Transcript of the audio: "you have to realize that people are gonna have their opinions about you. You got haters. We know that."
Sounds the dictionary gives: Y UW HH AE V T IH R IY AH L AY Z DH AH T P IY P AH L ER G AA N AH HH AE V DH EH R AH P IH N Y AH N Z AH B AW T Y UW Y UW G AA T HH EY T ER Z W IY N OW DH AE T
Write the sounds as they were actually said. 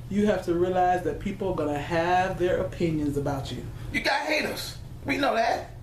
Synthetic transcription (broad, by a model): Y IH HH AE F T IH R IY AH L AY Z DH AH T P IY P L G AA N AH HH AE V DH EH R AH P IH N Y AH N Z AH B AW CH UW Y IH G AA HH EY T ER S W IY N OW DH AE T